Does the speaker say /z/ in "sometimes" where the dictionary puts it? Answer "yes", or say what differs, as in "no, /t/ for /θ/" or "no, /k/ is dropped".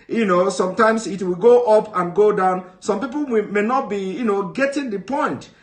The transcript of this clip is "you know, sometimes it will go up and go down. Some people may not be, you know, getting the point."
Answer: no, /s/ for /z/